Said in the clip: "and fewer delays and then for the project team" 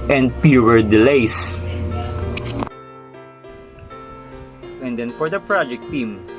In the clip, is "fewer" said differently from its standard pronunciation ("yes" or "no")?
yes